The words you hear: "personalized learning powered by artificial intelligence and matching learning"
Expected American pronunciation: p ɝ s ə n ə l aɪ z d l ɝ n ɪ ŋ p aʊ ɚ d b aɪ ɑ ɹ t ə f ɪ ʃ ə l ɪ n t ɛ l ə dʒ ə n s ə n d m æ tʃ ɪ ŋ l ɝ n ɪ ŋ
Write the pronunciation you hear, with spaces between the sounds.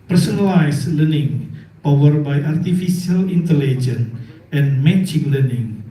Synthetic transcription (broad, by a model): p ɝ s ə n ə l aɪ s l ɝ n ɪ ŋ p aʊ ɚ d b aɪ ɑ ɹ t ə f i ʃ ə l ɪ n t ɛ l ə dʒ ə n ə n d m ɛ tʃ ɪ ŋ l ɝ n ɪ ŋ